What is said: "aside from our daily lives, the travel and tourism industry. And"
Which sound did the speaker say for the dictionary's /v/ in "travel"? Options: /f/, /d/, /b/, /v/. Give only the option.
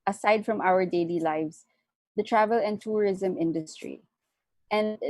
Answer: /v/